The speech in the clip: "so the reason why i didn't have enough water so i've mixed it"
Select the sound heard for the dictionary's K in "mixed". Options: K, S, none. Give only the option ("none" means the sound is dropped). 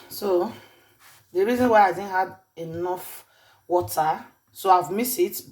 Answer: none